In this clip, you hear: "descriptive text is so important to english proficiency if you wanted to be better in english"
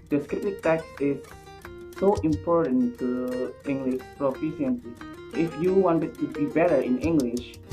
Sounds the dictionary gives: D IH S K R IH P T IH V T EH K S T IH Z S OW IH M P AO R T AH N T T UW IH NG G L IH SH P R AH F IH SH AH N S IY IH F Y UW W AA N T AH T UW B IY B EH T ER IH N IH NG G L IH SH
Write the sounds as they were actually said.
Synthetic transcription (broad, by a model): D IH S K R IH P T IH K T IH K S IH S OW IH M P AO R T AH N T T UW IH NG G L IH SH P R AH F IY S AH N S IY IH F Y UW W AA N T AH T UW B IY B EH T ER IH N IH NG G L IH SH